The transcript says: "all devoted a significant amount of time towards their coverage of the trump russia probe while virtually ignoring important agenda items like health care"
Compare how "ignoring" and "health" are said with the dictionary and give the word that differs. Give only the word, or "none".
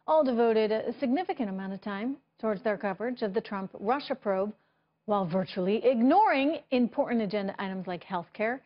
none